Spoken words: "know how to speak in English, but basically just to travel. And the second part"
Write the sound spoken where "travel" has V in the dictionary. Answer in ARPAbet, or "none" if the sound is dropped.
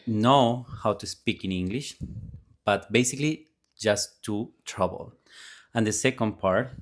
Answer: B